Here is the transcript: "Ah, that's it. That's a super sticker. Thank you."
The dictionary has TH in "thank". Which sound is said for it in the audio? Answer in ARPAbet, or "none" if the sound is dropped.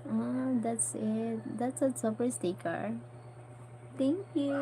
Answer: T